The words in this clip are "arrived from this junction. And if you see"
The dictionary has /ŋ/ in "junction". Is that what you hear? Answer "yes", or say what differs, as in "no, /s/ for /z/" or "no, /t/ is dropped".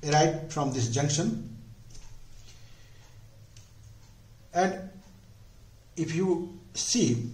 yes